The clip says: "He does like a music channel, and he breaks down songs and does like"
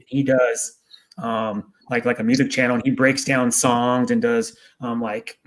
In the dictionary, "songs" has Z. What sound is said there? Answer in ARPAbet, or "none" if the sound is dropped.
Z